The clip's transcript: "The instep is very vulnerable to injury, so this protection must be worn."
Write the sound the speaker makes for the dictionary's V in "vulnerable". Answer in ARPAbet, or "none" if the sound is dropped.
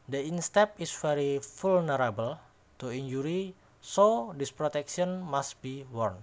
F